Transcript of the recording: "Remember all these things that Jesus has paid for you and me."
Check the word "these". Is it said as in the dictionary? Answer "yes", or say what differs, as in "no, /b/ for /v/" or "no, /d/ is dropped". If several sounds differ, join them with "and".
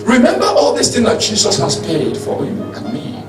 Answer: no, /s/ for /z/